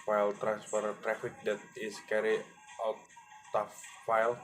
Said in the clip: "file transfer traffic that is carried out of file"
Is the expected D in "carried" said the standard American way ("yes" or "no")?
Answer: no